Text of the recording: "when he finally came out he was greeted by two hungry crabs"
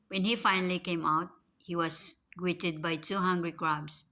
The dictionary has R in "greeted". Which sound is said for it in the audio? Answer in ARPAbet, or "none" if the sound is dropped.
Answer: W